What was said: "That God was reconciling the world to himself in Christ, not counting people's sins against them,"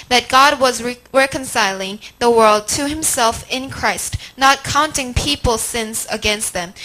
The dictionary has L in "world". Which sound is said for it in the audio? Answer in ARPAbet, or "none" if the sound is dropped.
L